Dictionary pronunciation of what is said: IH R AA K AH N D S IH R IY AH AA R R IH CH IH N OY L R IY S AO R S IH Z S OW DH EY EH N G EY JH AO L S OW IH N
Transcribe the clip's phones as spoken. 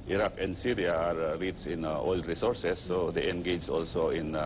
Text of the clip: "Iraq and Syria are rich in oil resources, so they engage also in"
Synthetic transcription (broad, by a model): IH R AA K AH N D S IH R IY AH AA R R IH S IH N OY L R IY S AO R S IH S OW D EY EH N G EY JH AO L S OW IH N